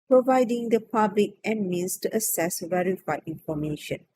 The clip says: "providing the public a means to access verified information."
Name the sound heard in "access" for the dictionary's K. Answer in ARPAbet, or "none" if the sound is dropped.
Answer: none